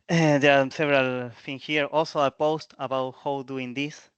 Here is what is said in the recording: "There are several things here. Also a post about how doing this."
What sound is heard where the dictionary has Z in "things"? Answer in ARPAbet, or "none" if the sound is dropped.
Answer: none